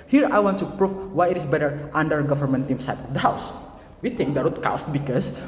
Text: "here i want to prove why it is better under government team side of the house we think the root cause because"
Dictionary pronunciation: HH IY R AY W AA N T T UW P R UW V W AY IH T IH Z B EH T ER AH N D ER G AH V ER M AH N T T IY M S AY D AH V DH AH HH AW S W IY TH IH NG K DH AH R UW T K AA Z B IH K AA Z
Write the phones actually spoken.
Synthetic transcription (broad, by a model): HH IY R AY W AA N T T UW P R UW F W AY IH T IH S B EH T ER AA N D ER G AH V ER M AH N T T IY M S AY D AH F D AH HH AW S W IY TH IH NG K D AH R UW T K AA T B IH K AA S